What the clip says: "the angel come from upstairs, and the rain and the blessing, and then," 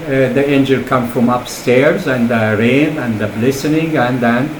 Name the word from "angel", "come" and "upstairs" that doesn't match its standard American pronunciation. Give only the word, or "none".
none